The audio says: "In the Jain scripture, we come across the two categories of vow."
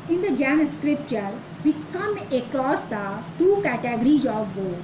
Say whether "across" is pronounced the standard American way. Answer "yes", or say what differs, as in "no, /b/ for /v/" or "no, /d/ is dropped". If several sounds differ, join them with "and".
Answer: no, /l/ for /ɹ/